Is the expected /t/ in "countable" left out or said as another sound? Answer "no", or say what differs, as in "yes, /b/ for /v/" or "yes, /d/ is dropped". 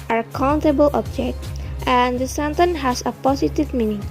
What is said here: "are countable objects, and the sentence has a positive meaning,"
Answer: no